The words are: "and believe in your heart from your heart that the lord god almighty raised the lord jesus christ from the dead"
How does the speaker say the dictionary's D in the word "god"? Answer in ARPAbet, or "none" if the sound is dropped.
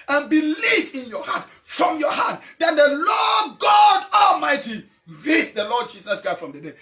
D